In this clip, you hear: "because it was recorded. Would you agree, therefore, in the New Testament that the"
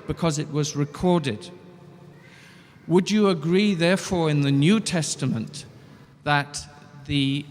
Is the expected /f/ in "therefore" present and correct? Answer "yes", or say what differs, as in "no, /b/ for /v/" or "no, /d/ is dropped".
yes